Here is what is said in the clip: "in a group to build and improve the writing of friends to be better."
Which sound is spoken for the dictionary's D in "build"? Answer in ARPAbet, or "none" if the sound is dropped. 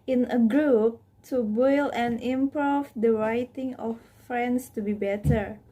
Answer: none